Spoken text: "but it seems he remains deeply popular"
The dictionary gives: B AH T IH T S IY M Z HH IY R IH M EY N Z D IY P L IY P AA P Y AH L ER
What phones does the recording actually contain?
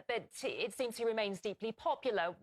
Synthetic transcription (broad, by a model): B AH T IH T S IY M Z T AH R IH M EY N Z D IY P L IY P AA P Y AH L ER